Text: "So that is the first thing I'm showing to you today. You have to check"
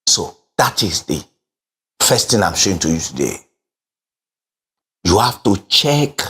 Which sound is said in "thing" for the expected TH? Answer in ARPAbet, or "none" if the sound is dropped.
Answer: T